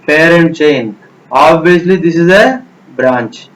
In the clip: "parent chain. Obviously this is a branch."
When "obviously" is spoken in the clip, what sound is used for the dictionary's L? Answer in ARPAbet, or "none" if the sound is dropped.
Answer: L